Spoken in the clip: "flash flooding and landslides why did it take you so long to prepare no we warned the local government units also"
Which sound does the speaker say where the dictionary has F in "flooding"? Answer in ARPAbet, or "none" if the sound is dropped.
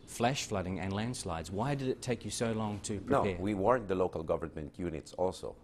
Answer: F